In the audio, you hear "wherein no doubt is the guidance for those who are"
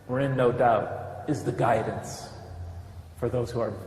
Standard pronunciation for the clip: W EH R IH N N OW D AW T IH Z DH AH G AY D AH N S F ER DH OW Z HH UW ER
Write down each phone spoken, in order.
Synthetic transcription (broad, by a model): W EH R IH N N OW D AW T IH Z DH AH G AY D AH N S F ER DH OW Z HH UW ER